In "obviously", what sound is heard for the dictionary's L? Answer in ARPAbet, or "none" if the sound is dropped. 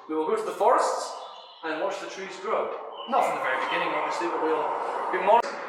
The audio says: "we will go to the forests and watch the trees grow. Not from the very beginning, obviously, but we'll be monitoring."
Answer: none